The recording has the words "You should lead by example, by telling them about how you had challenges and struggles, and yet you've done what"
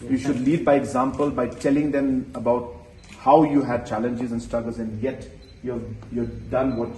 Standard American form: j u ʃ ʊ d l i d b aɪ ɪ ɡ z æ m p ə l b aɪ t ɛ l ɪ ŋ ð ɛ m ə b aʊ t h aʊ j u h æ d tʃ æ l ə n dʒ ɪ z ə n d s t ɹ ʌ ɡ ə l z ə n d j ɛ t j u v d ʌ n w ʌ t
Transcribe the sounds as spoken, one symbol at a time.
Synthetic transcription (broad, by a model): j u ʃ ʊ d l i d b aɪ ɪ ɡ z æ m p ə l b aɪ t ɛ l ɪ ŋ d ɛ m ə b aʊ t h aʊ j u h æ d tʃ æ l ə n dʒ ɪ z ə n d s t ɹ ʌ ɡ ə l z ə n d j ɛ t j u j d ʌ n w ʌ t